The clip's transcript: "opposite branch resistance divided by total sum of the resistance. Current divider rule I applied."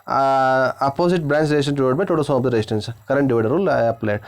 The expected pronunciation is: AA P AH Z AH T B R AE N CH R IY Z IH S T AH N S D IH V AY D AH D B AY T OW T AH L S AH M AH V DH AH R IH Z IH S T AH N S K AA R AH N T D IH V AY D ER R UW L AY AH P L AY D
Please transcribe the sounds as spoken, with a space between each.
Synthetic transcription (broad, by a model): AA P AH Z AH T B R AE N S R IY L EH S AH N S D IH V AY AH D B AY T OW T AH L S AH M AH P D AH R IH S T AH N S K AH R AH N T D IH V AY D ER R UW L AY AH P L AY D